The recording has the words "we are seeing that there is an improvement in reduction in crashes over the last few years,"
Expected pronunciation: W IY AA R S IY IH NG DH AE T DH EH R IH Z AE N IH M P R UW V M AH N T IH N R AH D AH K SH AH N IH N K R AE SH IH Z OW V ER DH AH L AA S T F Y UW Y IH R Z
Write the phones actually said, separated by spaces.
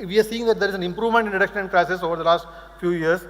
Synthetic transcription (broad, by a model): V IY AA R S IY IH NG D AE T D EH R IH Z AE N IH M P R UW V M AH N T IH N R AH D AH K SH AH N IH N K R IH S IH S OW V ER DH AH L AA S T F Y UW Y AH R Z